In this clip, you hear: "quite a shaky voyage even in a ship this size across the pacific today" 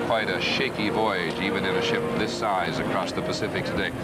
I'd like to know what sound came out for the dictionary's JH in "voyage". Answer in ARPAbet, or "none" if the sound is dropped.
JH